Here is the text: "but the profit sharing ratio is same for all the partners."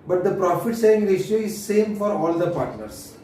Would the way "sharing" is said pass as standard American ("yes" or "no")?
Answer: no